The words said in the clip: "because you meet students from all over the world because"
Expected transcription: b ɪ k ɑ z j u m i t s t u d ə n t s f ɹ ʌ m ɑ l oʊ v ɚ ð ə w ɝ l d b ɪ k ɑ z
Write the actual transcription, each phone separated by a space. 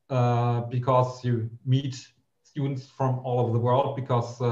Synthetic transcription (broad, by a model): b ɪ k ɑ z j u m i t s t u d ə n t s f ɹ ʌ m ɑ l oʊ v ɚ ð ə w ɝ l d b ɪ k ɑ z